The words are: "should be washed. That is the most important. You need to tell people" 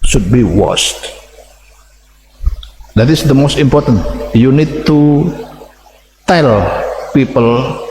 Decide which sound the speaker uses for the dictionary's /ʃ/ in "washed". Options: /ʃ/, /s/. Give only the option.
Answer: /s/